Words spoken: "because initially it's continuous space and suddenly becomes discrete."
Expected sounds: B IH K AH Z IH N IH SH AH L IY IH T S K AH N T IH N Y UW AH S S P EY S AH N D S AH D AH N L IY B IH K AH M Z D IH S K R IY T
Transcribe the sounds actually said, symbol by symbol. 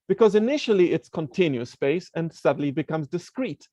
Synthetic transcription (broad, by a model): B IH K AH Z IH N IH SH AH L IY IH T S K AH N T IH N Y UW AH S S P EY S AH N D S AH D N L IY B IH K AH M Z D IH S K R IY T